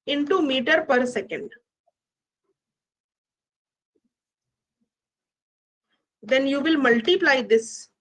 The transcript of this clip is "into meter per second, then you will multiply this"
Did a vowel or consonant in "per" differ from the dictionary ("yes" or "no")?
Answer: no